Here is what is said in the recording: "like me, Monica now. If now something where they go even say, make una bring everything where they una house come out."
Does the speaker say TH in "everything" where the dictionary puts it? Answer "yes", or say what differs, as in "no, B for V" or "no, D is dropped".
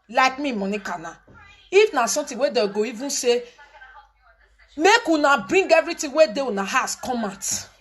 no, T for TH